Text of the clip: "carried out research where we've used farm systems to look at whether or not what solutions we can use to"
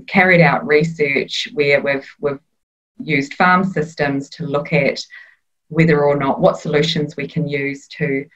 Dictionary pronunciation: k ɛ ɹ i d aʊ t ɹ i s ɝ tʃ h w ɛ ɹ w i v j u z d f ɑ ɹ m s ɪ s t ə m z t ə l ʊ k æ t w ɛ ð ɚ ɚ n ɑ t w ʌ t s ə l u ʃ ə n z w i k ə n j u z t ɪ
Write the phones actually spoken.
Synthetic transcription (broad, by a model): k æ ɹ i d aʊ t ɹ i s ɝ tʃ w w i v w i v j u z d f ɑ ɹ m s ɪ s t ə m z t ə l ʊ k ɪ t w ɛ ð ɚ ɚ n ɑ t w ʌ t s ə l u ʃ ə n z w i k ə n j u z t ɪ